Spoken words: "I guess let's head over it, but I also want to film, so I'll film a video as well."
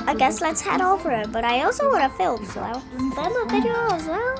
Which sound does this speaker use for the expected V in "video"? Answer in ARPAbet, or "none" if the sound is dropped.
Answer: B